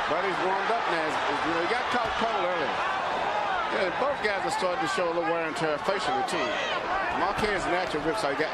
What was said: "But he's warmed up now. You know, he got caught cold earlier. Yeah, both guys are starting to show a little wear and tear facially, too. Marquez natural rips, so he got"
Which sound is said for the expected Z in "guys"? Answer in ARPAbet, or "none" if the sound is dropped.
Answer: Z